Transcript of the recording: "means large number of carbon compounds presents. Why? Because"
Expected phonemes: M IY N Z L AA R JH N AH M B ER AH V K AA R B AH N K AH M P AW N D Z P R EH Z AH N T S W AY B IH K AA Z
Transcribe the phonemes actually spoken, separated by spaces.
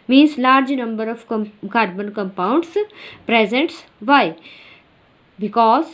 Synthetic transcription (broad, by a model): M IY N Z L AA R JH N AH M B ER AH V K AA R B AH N K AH M P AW N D S P R EH Z AH N T S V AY B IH K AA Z